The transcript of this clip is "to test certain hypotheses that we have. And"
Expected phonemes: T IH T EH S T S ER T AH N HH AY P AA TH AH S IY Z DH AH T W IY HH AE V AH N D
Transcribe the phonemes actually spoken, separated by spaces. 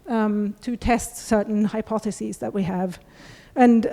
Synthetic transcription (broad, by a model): T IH T EH S T S ER T N HH AY P AA TH AH S IY Z DH AH T W IY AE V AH N